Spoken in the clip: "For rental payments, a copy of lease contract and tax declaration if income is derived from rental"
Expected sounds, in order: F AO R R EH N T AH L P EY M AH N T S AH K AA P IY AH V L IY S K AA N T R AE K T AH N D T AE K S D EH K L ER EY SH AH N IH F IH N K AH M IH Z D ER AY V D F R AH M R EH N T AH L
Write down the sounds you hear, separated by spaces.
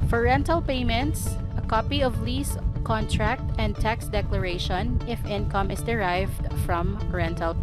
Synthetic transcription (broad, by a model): F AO R R EH N T AH L P EY M AH N T S AH K AA P IY AH V L IY S K AA N T R AE K T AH N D T AE K S D EH K L ER EY SH AH N IH F IH N K AH M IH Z D ER AY V D F R AH M R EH N T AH L